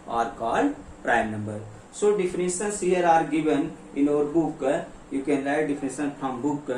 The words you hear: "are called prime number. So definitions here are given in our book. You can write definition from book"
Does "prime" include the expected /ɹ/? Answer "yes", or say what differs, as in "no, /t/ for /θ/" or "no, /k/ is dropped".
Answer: yes